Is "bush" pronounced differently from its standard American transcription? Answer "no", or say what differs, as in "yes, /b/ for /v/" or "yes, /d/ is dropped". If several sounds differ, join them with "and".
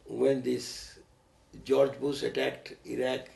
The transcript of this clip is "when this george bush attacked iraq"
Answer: yes, /s/ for /ʃ/